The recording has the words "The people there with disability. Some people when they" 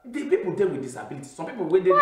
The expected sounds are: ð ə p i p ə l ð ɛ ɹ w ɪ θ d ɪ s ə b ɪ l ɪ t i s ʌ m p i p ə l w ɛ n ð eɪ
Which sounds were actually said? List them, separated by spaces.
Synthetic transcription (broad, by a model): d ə p i p ə l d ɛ l w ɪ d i s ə b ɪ l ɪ t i s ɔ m p i p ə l w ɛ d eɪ